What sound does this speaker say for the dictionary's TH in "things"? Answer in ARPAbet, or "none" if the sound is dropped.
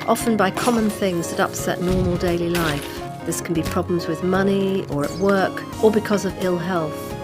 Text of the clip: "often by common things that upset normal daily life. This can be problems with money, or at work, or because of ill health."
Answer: TH